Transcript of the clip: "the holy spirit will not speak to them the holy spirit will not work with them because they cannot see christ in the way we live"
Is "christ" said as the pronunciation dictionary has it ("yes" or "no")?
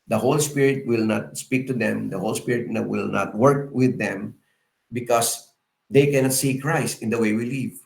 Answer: yes